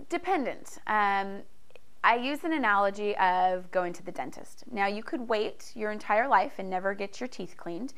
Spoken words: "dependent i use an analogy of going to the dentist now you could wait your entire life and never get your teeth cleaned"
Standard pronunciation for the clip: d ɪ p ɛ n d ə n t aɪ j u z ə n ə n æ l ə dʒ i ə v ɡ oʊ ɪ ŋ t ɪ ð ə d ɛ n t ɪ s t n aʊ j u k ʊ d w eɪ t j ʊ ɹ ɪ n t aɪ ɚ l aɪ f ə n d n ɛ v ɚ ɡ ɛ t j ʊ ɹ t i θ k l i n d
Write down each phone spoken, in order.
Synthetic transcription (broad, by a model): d ɪ p ɛ n d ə n t aɪ j u z ə n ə n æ l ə dʒ i ə v ɡ oʊ ɪ ŋ t ɪ ð ə d ɛ n t ɪ s t n aʊ j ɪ k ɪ d w eɪ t j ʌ ɹ ɪ n t aɪ ɚ l aɪ f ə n n ɛ v ɚ ɡ ɛ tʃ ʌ ɹ t i θ k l i n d